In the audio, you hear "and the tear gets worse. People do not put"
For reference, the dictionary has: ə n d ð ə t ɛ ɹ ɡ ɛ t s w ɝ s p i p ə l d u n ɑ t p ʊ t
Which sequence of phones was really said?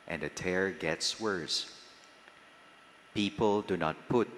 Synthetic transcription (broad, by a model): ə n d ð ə t ɛ ɹ ɡ ɛ t s w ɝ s p i p ə l d u n ɑ t p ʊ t